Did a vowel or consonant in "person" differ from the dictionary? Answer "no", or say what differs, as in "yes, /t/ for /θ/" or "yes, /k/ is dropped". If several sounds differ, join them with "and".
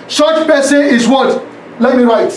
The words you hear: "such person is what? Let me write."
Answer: yes, /n/ is dropped